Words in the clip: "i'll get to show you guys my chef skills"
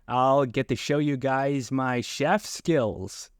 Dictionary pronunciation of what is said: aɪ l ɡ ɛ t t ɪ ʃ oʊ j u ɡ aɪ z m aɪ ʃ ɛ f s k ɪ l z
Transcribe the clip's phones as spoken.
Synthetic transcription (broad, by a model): aɪ l ɡ ɛ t t ɪ ʃ oʊ j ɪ ɡ aɪ z m aɪ ʃ ɛ f s k ɪ l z